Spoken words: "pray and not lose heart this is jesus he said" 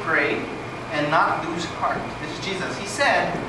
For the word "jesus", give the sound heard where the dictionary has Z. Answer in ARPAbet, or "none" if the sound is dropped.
Z